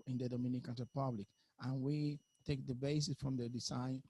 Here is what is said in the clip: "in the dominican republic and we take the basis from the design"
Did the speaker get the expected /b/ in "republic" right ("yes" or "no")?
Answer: yes